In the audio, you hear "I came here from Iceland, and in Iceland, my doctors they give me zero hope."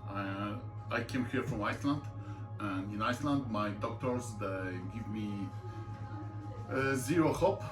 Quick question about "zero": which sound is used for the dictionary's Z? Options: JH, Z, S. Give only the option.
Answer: Z